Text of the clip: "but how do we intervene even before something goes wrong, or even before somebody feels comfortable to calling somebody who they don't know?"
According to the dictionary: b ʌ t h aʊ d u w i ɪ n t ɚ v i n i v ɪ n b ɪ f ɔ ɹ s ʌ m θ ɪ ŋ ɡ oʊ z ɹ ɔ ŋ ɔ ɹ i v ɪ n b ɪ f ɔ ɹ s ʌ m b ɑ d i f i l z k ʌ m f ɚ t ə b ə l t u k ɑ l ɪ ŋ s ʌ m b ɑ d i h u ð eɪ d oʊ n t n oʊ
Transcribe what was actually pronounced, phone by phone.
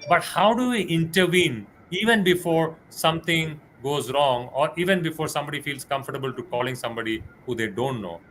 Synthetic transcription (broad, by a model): b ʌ t h aʊ d u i ɪ n t ɚ v i n i v ɪ n b ɪ f ɔ ɹ s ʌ m t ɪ ŋ ɡ oʊ z ɹ ɔ ŋ ɔ ɹ i v ɪ n b ɪ f ɔ ɹ s ʌ m b ɑ d i f i l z k ʌ m f ɚ t ə b ə l t u k ɑ l ɪ ŋ s ʌ m b ɑ d i h u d eɪ d oʊ n t n oʊ